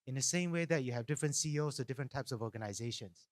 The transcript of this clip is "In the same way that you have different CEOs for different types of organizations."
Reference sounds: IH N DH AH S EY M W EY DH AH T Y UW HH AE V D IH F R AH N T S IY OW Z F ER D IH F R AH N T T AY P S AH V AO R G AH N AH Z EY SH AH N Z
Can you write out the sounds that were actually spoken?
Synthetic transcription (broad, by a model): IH N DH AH S EY M W EY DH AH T Y UW HH AE V D IH F R AH N T S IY OW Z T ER D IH F R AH N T T AY P S AH V AO G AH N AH Z EY SH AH N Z